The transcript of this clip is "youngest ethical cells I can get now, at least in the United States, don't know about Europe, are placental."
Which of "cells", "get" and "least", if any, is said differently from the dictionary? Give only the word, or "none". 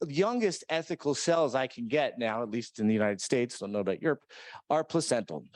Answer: none